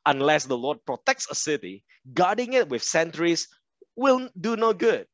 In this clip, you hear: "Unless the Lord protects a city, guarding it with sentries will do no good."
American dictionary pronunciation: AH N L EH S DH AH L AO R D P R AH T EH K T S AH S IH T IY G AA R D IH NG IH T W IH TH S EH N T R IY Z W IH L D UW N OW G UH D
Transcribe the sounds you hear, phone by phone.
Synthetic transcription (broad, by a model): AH N L EH S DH AH L AO D P R AH T EH K T S AH S IH T IY G AA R D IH NG IH T W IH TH S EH N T R IY S W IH L D UW N OW G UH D